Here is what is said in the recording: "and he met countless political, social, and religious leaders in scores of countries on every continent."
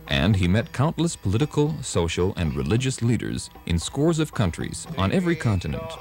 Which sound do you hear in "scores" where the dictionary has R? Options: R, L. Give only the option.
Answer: R